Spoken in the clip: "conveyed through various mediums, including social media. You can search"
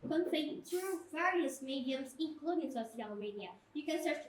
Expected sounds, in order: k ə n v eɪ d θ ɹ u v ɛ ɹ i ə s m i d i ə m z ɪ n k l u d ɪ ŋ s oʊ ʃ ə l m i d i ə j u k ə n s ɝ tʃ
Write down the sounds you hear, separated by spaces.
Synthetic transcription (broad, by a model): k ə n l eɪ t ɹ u v ɛ ɹ i ə s m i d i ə m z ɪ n k l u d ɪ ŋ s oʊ s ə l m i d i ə j u k ə n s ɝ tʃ